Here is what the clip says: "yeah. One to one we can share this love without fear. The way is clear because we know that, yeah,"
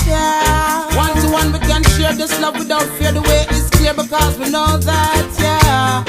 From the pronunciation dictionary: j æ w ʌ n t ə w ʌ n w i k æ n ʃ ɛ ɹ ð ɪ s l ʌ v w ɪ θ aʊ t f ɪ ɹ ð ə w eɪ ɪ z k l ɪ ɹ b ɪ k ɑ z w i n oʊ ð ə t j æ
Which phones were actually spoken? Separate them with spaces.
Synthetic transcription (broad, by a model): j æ w ʌ n s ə w ʌ n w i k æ n ʃ ɛ ɹ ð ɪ s l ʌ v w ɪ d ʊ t f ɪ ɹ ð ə w eɪ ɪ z k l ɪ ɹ b ɪ k ɑ z w i n oʊ ð ə t j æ